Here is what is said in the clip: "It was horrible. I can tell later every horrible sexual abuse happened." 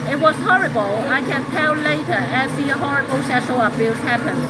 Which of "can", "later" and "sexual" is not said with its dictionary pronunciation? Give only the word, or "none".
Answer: sexual